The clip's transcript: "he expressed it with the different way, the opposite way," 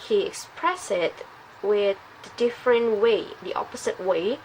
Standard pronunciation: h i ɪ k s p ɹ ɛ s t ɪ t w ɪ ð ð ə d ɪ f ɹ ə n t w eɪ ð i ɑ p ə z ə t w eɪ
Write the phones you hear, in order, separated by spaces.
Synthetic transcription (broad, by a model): h i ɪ k s p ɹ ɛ s ɪ t w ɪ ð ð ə d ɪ f ɹ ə n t w eɪ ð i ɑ p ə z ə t w eɪ